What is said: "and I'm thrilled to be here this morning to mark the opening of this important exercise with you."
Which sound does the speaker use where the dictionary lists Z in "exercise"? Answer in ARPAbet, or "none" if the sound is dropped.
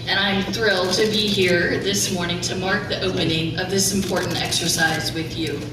Z